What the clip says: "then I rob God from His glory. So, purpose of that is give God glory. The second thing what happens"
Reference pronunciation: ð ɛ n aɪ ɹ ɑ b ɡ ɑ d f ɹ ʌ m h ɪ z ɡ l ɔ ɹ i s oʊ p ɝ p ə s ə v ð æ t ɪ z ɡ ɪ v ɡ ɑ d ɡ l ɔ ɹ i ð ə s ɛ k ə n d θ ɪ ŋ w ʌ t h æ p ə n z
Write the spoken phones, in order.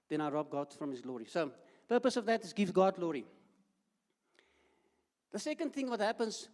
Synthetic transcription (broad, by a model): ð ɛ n aɪ ɹ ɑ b ɡ ɑ d f ɹ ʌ m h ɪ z ɡ l ɔ ɹ i s oʊ p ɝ p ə s ə v ð æ t ɪ z ɡ ɪ v ɡ ɑ d ɡ l ɔ ɹ i ð ə s ɛ k ə n d θ ɪ ŋ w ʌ t h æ p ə n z